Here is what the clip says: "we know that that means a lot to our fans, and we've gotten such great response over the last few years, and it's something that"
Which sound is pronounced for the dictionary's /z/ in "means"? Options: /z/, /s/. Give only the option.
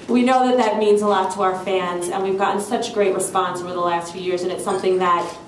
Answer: /z/